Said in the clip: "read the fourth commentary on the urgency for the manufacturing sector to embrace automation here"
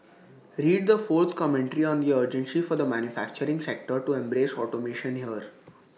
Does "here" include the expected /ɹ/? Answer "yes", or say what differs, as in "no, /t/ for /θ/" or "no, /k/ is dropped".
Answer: yes